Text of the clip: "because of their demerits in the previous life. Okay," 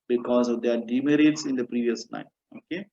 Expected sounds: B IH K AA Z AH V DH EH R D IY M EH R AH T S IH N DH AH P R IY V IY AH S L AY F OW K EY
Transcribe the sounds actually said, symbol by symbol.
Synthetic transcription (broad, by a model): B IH K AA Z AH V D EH R D IY M EH R AH T S IH N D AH P R IY V IY AH S N AY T OW K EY